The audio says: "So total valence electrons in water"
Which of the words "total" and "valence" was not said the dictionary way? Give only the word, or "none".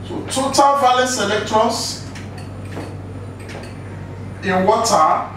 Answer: valence